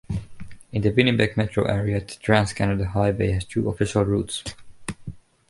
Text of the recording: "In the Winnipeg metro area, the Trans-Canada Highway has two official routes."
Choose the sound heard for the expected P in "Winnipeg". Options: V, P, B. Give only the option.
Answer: B